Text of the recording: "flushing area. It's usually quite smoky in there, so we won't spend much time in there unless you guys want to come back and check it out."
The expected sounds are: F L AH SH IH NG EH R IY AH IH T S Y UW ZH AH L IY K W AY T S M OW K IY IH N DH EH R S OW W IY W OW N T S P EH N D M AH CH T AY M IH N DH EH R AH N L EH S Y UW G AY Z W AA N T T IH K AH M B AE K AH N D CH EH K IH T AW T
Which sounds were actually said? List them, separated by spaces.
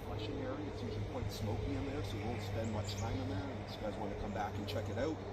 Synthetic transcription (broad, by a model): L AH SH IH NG EH R IY AH IH T S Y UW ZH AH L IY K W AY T S M OW K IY IH N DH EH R S OW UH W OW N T S P EH N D M AH CH T AY M IH N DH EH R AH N IH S G AY Z W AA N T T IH K AH M B AE K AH N CH EH K IH T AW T